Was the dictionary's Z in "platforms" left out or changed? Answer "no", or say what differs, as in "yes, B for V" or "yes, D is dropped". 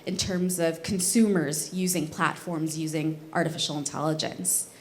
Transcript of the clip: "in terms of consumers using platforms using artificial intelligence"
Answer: no